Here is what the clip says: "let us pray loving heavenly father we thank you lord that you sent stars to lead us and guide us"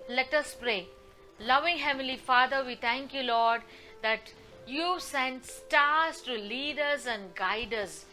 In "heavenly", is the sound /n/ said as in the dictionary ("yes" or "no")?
no